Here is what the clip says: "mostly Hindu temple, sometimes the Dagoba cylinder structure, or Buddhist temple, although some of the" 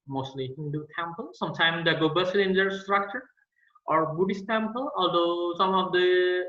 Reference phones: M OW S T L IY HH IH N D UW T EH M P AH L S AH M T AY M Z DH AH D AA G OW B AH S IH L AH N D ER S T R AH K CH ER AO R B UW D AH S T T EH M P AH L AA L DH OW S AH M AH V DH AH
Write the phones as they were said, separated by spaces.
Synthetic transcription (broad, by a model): M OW S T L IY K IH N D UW T EH M P AH L S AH M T AY M D AA G OW B AH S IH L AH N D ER S T R AH K CH ER AO R B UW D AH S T T EH M P AH L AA L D OW S AH M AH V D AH